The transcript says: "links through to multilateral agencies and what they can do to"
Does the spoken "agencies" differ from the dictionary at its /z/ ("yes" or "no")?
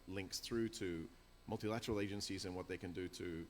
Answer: no